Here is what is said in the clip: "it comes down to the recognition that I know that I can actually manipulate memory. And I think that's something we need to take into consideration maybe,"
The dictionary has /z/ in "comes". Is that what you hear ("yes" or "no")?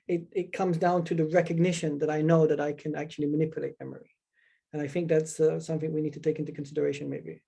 yes